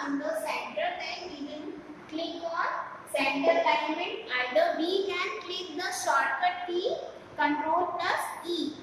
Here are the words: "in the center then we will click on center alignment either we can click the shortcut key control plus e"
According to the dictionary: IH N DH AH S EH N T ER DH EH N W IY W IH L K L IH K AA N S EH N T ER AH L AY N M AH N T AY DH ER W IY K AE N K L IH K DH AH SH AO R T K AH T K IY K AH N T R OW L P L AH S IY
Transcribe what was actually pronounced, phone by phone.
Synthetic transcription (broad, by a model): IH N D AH S EH N T ER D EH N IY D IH N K L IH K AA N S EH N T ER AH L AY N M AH N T AY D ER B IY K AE N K L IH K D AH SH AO R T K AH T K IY K AH N T R OW L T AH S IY